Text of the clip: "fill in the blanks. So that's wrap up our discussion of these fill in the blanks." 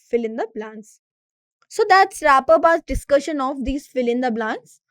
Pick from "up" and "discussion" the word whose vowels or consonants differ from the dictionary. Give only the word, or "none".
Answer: up